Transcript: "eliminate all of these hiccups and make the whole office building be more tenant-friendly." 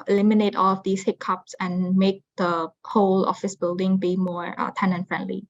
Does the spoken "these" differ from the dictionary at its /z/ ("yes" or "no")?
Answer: yes